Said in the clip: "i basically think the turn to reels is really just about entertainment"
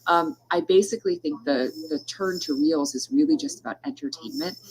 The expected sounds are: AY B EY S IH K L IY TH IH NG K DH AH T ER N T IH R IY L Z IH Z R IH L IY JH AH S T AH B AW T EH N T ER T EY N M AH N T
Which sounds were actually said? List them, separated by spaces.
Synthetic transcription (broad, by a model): AY B EY S IH K L IY TH IH NG K DH AH T ER N T IH R IY L Z IH Z R IH L IY JH AH S T AH B AW T EH N T ER T EY N M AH N T